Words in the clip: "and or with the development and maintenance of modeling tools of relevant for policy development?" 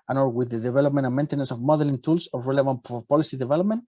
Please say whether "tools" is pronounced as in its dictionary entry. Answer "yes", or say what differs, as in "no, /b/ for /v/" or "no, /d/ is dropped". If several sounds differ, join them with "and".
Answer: no, /s/ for /z/